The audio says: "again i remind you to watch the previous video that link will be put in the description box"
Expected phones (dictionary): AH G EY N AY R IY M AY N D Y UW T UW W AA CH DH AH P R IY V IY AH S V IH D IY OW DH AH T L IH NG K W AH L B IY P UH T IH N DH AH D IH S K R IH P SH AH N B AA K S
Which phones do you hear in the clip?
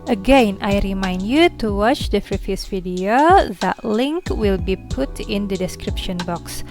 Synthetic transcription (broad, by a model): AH G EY N AY R IY M AY N D Y UW T UW W AA CH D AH F R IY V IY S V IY D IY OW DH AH T L IH NG K W AH L B IY P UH T IH N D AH D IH S K R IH P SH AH N B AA K S